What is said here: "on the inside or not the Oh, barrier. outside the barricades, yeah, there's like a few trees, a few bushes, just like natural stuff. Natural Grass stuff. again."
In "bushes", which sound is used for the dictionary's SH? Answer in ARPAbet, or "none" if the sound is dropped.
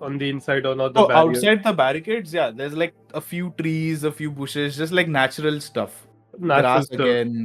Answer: SH